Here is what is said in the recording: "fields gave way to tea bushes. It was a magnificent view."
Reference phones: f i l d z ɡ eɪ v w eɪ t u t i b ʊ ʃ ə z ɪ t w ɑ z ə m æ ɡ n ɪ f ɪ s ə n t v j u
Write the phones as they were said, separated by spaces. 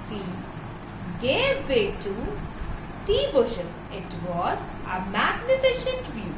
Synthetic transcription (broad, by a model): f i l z ɡ eɪ v eɪ t u t i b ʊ ʃ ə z ɪ t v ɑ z ə m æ ɡ n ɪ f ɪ ʃ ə n t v j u